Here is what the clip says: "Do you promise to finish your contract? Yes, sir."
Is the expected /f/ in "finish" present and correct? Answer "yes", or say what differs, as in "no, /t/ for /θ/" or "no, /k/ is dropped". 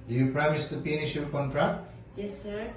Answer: no, /p/ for /f/